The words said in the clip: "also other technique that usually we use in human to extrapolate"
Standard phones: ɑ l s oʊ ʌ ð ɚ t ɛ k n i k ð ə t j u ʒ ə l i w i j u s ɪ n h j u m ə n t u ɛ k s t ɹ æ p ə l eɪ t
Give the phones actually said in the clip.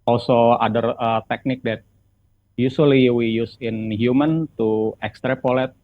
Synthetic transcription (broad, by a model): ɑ l s oʊ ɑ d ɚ t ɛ k n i k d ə t j u s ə l i w i j u s ɪ n h j u m ə n t u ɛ k s t ɹ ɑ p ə l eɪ t